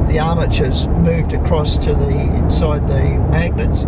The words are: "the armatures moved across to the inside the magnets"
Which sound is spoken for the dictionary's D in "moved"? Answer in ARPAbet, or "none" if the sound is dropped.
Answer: D